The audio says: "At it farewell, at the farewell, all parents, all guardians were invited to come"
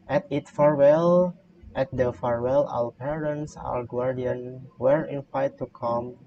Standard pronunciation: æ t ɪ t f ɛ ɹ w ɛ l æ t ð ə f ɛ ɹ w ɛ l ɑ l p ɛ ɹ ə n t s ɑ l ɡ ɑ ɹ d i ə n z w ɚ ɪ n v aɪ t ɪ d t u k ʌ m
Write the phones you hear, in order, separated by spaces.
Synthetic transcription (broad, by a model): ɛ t ɪ t f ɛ ɹ w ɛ l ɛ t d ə f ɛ ɹ w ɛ l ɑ w p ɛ ɹ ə n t s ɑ w ɡ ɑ ɹ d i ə n w ɚ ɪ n f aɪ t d t u k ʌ m